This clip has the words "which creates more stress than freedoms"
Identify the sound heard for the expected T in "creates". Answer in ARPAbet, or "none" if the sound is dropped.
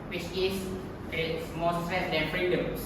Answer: S